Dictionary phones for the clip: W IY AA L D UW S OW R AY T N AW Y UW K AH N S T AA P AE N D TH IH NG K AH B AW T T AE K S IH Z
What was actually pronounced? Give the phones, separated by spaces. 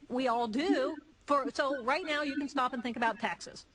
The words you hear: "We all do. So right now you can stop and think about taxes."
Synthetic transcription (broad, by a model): W IY AA L D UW S OW R AY T N AW Y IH K AH N S T AA P N TH IH NG K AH B AW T T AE K S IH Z